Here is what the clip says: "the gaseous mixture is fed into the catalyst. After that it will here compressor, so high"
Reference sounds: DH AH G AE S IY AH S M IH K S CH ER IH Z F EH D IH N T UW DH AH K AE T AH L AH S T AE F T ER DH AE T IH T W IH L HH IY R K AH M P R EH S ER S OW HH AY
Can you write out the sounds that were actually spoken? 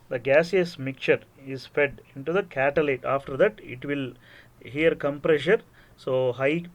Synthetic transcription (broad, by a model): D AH G AE S IY AH S M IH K CH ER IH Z F EH D IH N T UW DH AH K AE T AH L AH T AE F T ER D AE T IH T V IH L HH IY R K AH M P R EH SH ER S OW HH AY